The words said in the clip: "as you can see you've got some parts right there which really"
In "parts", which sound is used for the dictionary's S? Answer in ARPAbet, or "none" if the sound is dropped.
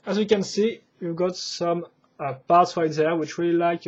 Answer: S